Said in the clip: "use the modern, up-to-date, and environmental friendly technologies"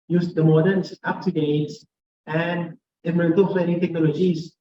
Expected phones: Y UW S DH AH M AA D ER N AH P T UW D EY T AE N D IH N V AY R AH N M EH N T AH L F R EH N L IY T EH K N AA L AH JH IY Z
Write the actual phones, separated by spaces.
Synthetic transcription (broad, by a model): Y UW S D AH M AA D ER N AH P T UW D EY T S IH N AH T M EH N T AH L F EH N IY T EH K N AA L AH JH IY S